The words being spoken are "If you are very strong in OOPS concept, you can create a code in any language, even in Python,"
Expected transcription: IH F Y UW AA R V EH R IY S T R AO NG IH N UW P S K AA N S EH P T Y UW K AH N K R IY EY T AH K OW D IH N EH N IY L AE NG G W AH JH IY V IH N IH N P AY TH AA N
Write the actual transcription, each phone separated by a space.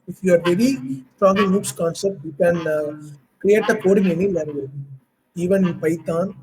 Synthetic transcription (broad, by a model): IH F Y UW AA R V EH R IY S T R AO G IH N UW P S K AA N S EH P T Y UW K AH N K R IY EY T AH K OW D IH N EH N IY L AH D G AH IY V IH N IH N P AY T AA N